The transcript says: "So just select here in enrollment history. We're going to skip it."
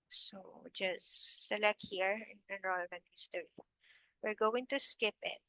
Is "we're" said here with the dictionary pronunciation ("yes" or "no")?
yes